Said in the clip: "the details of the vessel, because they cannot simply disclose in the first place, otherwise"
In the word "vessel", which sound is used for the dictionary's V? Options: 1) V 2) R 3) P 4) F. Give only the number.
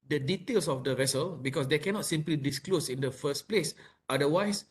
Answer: 1